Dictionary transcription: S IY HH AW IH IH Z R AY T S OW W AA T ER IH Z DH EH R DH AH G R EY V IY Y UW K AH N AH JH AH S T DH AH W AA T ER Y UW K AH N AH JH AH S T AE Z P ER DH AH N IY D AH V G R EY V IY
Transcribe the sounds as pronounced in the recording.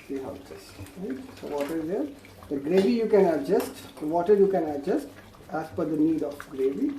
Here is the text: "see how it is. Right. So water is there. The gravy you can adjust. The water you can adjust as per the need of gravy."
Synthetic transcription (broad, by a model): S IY HH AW IH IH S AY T S OW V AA T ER IH Z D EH R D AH G R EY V IY Y UW K AH N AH JH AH S T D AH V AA T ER Y UW K AH N AH JH AH S T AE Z F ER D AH N IY D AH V G R EY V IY